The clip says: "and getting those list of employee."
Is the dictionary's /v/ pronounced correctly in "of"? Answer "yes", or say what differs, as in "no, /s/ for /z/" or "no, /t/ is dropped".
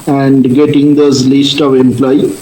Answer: yes